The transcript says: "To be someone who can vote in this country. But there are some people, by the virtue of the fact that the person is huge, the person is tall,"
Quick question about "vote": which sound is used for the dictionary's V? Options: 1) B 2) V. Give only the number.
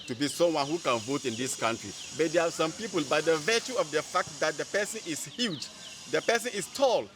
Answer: 2